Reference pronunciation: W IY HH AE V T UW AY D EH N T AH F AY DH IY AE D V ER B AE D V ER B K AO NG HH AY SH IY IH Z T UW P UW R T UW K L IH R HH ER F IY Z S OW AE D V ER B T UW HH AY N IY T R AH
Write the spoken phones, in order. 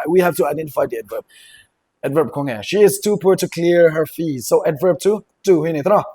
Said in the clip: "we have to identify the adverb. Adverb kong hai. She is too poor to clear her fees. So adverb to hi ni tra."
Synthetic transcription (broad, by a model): W IY HH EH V T UW AY D EH N T AH F AY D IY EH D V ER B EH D V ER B K AO NG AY SH IY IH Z T UW P UW R T UW K L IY R HH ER F IY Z S OW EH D V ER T T UW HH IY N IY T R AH